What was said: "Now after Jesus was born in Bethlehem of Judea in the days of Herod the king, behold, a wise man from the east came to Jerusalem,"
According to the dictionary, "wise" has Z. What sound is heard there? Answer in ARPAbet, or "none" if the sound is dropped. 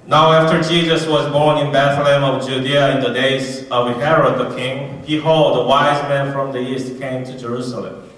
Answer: Z